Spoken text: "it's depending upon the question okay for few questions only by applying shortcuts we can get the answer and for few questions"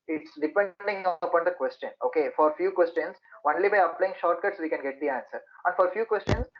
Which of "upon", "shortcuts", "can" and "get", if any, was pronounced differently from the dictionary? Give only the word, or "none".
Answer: none